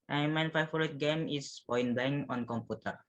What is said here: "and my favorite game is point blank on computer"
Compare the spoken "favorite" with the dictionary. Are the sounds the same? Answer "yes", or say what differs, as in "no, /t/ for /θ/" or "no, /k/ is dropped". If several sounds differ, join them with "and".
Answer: no, /v/ is dropped